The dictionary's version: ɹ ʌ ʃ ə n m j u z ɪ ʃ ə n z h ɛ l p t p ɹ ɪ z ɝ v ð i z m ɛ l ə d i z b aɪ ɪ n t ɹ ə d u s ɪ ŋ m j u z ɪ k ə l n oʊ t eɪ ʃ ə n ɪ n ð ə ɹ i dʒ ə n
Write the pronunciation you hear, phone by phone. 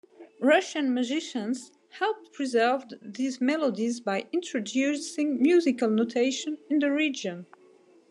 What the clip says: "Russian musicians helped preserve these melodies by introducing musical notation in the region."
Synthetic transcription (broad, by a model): ɹ ʌ ʃ ə n m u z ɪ ʃ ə n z h ɛ l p p ɹ ɪ z ɝ v ð i z m ɛ l ə d i z b aɪ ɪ n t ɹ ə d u s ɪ ŋ m j u z ɪ k ə l n oʊ t eɪ ʃ ə n ɪ n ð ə ɹ i dʒ ə n